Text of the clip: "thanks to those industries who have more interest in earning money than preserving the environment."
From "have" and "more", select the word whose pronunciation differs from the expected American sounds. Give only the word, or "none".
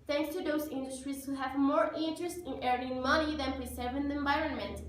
none